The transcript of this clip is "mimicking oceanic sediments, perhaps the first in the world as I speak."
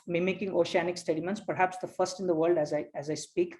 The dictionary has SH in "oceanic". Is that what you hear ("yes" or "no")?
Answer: yes